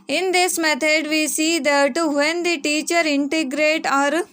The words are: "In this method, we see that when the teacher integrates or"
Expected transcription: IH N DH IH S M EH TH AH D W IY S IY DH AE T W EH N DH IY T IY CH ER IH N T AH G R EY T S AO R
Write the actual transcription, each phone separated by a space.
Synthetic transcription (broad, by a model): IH N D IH S M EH T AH D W IY S IY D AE T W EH N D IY T IY CH ER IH N T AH G R EY T AO R